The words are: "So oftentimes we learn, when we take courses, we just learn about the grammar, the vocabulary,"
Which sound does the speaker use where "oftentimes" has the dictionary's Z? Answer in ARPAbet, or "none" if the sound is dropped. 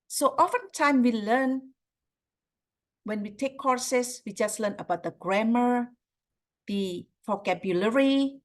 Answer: none